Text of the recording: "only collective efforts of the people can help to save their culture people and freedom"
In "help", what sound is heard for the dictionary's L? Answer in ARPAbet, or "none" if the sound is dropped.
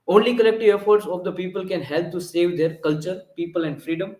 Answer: L